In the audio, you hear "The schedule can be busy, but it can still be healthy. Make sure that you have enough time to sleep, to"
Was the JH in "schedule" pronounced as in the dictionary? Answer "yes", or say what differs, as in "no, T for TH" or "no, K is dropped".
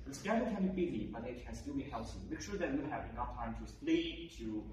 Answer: no, JH is dropped